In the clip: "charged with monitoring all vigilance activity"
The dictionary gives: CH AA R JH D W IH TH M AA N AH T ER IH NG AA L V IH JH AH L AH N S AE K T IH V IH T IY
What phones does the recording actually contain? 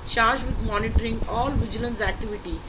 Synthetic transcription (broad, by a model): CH AA R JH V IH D M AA N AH T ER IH NG AA L V IH JH AH L AH N S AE K T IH V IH T IY